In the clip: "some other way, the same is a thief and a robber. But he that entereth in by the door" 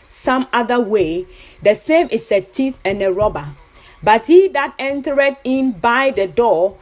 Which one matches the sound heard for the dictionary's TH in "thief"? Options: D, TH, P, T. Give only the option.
T